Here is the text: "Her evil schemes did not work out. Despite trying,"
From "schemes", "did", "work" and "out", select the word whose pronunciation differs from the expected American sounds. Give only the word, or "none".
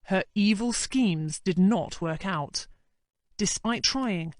none